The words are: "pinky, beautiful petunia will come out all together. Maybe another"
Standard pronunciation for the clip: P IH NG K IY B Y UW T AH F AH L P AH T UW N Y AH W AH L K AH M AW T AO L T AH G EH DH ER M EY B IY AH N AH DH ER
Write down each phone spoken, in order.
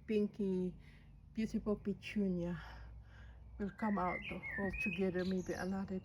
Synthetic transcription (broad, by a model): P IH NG K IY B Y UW S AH P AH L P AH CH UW N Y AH W AH L K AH M AW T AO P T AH G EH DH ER M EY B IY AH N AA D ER